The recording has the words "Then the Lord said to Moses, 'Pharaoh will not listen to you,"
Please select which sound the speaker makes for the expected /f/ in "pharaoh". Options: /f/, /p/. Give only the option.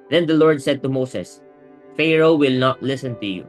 /f/